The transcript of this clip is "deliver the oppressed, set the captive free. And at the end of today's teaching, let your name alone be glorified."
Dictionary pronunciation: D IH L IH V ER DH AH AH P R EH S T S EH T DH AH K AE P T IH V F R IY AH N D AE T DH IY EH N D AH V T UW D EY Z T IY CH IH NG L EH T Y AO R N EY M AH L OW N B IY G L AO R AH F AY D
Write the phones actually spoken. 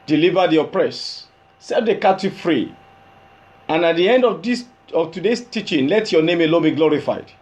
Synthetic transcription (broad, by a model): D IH L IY V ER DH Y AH P R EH S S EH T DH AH K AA T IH F R IY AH N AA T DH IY EH N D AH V T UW D EY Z T IY CH IH NG L EH T Y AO N EY M AH L OW N B IY G L AO R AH F AY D